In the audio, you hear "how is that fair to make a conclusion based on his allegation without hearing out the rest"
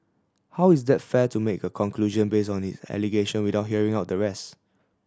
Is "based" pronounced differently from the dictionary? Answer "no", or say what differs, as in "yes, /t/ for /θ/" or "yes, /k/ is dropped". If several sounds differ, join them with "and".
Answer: yes, /t/ is dropped